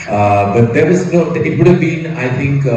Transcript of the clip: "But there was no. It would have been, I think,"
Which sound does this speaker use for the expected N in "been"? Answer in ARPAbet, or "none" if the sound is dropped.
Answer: N